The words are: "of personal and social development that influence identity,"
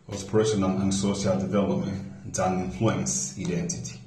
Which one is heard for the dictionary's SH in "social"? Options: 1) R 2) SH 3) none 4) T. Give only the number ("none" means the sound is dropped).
3